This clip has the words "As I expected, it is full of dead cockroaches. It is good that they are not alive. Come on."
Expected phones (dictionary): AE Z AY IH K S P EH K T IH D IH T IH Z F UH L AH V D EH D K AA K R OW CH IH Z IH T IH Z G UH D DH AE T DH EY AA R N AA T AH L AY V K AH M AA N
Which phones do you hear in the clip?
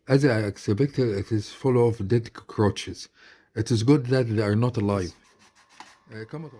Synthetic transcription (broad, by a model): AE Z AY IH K S B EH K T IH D IH T IH Z F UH L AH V D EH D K K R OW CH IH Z IH T IH Z G UH D DH AE T DH EY AA R N AA T AH L AY V K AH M